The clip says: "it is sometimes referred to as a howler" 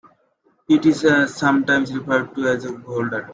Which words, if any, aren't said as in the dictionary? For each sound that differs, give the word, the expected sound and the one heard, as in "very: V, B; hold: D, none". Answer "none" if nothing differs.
sometimes: Z, S